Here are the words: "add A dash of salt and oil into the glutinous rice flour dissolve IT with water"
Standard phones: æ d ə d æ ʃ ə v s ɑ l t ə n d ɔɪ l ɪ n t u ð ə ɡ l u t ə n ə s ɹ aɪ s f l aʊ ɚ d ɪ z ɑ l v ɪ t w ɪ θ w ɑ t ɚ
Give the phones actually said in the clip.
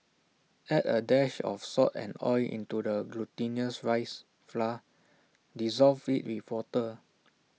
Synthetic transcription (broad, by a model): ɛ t ə d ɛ ʃ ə f s ɑ t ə n ɔɪ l ɪ n t u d ə ɡ l u t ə n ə s ɹ aɪ s f l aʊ d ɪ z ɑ l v ɪ t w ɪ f w ɑ t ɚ